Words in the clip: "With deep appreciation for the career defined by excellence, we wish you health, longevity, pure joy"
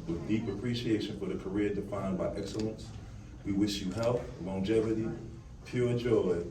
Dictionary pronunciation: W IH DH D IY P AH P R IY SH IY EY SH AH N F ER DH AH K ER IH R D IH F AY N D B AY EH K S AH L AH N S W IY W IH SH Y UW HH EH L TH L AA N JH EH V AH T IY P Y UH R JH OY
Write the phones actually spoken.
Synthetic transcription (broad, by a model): W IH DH D IY P AH P R IY SH IY EY SH AH N F ER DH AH K ER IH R D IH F AY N B AY EH K S AH L AH N S W IY W IH SH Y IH HH EH L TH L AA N JH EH V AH T IY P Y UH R JH OY